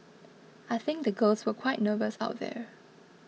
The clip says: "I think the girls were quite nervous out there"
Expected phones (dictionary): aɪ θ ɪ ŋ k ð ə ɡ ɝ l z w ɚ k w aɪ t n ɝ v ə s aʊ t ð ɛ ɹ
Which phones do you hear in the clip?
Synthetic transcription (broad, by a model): aɪ θ ɪ ŋ k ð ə ɡ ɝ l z w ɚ k w aɪ t n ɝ v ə s aʊ t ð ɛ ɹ